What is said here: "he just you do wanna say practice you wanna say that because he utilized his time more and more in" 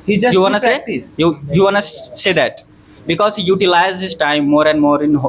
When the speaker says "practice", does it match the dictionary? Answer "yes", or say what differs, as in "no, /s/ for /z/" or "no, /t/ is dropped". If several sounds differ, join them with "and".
no, /s/ is dropped